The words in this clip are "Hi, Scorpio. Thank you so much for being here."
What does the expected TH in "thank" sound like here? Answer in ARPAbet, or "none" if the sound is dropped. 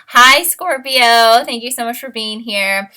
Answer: TH